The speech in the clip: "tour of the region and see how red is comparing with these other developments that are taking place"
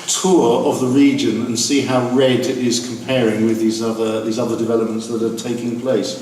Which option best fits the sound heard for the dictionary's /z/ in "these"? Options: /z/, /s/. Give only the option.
/z/